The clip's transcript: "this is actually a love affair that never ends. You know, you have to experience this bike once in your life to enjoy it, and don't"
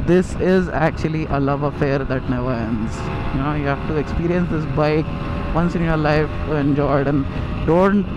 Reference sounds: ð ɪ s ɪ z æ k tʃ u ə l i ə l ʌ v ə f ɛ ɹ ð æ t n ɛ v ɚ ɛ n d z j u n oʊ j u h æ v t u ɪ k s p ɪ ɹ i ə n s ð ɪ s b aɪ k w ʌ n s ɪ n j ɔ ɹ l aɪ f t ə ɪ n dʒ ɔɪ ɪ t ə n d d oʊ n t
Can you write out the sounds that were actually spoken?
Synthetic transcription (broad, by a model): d ɪ s ɪ z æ k tʃ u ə l i ə l ʌ v ə f ɛ ɹ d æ t n ɛ v ɚ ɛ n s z j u n oʊ j u h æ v t u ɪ k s p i ɹ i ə n s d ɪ s b aɪ k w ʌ n s ɪ n j ɔ ɹ l aɪ f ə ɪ n dʒ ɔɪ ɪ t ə n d d oʊ n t